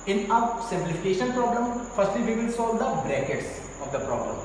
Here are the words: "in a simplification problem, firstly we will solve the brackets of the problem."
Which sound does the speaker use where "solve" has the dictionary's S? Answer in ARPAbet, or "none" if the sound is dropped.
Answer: S